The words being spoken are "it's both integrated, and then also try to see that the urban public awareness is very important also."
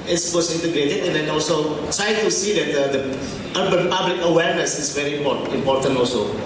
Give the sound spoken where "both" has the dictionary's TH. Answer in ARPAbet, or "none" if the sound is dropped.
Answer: S